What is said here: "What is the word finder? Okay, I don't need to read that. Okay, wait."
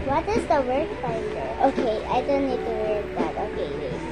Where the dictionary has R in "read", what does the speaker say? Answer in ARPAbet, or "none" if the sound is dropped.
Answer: W